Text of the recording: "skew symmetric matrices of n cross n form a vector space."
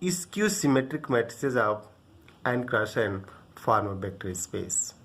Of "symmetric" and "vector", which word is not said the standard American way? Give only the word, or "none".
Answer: vector